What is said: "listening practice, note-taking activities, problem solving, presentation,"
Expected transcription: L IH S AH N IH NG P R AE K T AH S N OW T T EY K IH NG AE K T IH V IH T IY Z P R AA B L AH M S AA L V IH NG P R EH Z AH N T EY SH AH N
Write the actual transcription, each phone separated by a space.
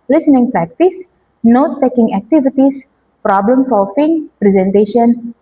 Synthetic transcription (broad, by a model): L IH S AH N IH NG P R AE K T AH S N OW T T EY K IH NG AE K T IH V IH T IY S P R AA B L AH M S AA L F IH NG P R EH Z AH N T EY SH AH N